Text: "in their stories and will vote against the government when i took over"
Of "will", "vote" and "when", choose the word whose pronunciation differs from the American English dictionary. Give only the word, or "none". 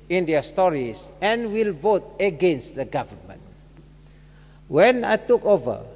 none